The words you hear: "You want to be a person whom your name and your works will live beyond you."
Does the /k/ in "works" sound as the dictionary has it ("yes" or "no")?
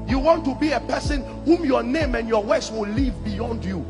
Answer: no